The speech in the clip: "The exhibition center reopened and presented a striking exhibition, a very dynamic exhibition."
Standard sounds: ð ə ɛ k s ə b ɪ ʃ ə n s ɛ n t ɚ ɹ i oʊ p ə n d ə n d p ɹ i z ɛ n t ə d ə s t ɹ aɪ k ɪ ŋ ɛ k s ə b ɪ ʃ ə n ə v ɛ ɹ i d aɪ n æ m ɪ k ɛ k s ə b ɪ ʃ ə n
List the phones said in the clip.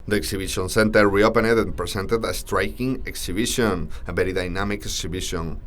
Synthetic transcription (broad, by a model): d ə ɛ k s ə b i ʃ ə n s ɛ n t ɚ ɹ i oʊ p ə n ə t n p ɹ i s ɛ n t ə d ə s t ɹ aɪ k ɪ ŋ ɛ k s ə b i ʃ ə n ə b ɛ ɹ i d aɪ n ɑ m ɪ k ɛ k s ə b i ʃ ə n